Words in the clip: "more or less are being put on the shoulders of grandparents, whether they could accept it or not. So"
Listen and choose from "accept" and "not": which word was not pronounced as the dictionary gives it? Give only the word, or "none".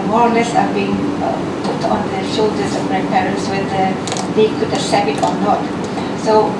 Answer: accept